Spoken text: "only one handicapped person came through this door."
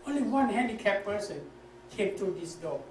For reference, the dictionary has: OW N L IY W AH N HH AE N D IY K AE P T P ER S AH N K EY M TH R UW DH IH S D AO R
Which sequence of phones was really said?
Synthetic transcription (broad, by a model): OW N L IY W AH N HH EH N D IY K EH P P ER S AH N K EY M T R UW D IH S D AO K